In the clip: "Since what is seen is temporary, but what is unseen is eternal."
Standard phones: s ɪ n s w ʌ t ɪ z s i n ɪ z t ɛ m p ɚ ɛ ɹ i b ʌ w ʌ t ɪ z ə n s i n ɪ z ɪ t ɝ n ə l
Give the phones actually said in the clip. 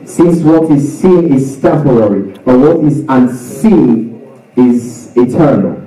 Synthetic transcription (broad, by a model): s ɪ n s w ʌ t ɪ z s i n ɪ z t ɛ p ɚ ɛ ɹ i b ʌ w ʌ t ɪ z ə n s i n ɪ z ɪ t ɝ n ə l